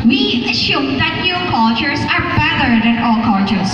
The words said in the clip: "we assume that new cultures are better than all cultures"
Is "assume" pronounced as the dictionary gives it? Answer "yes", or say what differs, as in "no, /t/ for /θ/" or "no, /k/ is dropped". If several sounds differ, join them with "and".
no, /ʃ/ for /s/